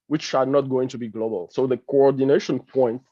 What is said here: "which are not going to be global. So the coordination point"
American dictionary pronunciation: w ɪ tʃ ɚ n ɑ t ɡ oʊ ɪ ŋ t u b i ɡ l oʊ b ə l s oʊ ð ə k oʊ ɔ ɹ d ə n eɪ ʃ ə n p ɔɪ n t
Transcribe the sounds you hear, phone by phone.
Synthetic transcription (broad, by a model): w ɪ tʃ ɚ n ɑ t ɡ oʊ ɪ ŋ t u b i ɡ l oʊ b ə l s oʊ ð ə k oʊ ɔ ɹ d ə n eɪ ʃ ə n p ɔɪ n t